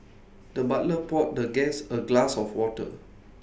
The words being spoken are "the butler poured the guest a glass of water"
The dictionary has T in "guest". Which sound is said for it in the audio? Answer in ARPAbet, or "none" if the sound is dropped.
none